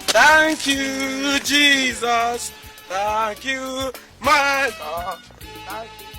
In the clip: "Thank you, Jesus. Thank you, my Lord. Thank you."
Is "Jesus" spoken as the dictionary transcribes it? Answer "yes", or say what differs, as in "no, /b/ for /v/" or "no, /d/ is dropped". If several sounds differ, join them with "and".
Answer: yes